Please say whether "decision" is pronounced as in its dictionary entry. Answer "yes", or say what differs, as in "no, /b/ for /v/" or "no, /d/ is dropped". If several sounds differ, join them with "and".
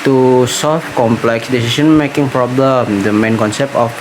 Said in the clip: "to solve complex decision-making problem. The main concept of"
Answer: no, /ʃ/ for /ʒ/